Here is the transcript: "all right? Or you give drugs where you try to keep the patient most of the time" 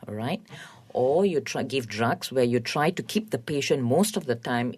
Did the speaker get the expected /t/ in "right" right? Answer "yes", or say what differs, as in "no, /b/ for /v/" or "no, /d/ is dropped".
yes